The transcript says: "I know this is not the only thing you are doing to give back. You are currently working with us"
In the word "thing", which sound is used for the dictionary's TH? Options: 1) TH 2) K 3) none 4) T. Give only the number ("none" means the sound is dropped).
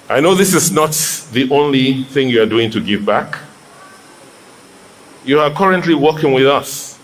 1